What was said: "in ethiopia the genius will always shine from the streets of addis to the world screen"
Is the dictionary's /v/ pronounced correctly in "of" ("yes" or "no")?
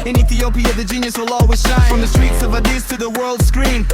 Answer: yes